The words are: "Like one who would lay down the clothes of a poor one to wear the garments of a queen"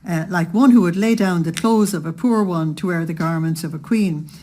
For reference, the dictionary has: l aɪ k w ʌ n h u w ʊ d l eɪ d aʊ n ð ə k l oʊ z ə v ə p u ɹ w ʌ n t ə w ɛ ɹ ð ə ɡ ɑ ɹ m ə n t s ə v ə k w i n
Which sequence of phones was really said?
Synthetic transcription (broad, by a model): l aɪ k w ʌ n h u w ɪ d l eɪ d aʊ n ð ə k l oʊ z ə v ə p u ɹ w ʌ n t ə w ɛ ɹ ð ə ɡ ɑ ɹ m ə n t s ə v ə k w i n